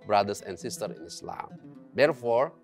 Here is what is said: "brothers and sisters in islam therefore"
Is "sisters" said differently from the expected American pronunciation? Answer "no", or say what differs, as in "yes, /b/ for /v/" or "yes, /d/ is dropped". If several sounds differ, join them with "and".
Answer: yes, /z/ is dropped